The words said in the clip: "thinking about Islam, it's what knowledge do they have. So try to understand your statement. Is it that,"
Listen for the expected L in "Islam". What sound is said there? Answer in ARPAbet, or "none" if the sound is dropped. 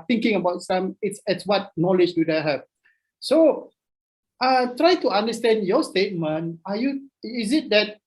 none